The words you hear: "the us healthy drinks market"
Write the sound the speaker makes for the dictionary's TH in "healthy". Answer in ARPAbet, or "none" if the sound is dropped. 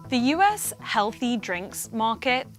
TH